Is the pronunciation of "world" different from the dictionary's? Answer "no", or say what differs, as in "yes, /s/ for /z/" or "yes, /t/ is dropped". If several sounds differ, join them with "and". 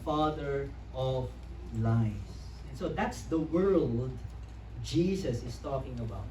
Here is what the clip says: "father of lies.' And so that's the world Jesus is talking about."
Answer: no